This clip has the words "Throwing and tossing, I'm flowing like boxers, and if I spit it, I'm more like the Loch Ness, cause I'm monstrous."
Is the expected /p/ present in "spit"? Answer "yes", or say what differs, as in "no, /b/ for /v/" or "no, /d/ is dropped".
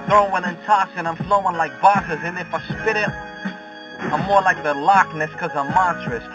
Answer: yes